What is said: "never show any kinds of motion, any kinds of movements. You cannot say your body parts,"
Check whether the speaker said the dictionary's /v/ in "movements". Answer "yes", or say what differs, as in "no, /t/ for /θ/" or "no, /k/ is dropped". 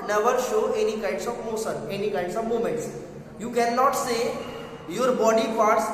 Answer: no, /v/ is dropped